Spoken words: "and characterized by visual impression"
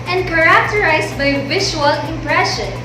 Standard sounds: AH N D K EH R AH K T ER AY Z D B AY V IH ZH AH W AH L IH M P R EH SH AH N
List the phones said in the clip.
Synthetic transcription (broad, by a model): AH N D K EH R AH K T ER AY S B AY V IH SH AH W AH L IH M P R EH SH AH N